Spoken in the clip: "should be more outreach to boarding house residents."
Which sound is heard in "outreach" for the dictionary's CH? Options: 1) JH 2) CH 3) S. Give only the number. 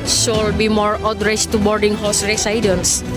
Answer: 3